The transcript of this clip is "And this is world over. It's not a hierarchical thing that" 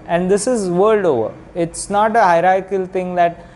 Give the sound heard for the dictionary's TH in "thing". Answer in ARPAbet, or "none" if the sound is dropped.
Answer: T